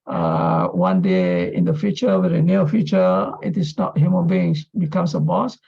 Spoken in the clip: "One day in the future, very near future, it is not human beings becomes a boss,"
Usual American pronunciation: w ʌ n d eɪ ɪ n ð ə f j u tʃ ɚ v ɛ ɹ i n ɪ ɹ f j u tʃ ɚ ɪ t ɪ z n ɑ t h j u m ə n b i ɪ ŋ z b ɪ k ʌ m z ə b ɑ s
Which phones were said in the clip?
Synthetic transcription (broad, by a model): w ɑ n d eɪ ɪ n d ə f j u tʃ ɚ w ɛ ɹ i n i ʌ f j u tʃ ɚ ɪ t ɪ s n ɑ t h j u m ə n b i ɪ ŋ s b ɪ k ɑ m s ə b ɑ s